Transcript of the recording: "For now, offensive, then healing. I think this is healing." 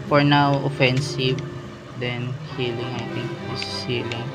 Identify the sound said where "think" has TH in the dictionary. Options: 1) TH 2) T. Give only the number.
2